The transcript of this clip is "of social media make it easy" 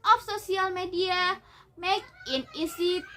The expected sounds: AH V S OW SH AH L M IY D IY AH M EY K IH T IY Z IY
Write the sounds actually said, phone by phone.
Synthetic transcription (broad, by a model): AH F S OW S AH L M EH D IY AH M EY K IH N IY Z IY